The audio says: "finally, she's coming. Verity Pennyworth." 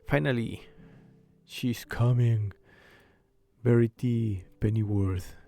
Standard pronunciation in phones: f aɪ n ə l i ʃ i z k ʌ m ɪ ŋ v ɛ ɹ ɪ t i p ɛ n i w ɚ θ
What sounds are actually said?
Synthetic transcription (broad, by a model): f aɪ n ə l i ʃ i s k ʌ m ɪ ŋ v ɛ ɹ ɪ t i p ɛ n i w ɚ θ